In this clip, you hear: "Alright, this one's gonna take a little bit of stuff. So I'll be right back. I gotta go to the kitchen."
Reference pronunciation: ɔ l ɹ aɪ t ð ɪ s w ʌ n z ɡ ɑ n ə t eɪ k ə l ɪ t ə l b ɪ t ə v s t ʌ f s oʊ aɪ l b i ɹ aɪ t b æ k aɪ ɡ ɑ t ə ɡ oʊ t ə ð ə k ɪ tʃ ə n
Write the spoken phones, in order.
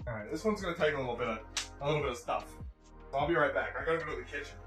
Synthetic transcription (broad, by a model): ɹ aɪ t ð ɪ s w ʌ n z ɡ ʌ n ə t eɪ k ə l ɪ t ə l b ɪ t ə v s t ʌ f s oʊ aɪ l b i ɹ aɪ t b æ k aɪ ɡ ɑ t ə ɡ oʊ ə ð ə k ɪ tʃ